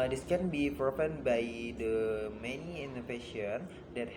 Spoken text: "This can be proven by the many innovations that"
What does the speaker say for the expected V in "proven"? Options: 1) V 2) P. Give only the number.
2